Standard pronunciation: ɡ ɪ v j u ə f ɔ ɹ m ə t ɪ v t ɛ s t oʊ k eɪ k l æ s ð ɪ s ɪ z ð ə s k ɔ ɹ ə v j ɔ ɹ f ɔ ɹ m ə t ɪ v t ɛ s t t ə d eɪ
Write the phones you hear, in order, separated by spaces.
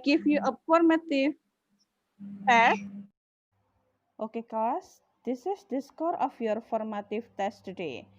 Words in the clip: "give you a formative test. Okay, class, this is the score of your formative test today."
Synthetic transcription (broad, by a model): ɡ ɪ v j u ə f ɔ ɹ m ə t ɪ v t ɛ s t oʊ k eɪ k ɔ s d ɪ s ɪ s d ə s k ɔ ɹ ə f j ɔ ɹ f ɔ ɹ m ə t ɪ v t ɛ s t t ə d eɪ